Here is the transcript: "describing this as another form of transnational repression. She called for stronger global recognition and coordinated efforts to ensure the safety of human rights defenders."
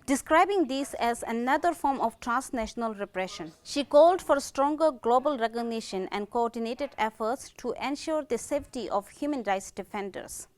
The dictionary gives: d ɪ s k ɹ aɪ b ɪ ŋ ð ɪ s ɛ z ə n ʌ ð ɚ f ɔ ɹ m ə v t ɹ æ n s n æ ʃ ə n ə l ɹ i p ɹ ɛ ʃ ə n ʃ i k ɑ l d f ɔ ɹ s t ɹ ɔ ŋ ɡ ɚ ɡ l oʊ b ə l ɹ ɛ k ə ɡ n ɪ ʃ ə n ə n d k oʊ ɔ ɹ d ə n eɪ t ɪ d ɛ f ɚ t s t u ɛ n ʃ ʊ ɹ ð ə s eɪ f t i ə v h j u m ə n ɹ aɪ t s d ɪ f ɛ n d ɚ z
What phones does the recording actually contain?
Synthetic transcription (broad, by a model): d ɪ s k ɹ aɪ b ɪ ŋ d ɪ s ɛ z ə n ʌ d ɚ f ɔ ɹ m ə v t ɹ æ n s n æ ʃ ə n ə l ɹ i p ɹ ɛ ʃ ə n ʃ i k ɑ l d f ɔ ɹ s t ɹ ɔ ŋ ɡ ɚ ɡ l oʊ b ə l ɹ ɛ k ə ɡ n ɪ ʃ ə n ə n d k oʊ ɔ ɹ d ə n eɪ t ɪ d ɛ f ɚ t s t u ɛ n ʃ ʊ ɹ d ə s eɪ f t i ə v h j u m ə n ɹ aɪ t s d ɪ f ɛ n d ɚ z